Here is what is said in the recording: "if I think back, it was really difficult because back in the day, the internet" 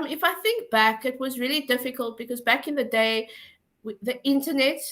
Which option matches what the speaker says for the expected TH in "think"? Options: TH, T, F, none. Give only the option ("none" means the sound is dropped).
TH